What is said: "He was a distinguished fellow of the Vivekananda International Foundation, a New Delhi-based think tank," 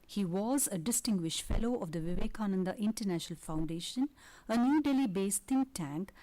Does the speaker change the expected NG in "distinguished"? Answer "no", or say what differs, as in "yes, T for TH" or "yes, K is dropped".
no